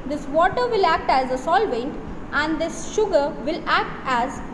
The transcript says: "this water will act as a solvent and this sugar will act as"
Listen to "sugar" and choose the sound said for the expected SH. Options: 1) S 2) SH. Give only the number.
2